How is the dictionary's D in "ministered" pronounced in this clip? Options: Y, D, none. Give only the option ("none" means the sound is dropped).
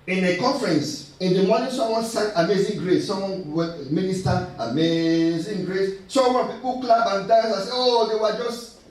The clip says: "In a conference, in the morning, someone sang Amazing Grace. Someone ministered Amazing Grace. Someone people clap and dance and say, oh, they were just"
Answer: none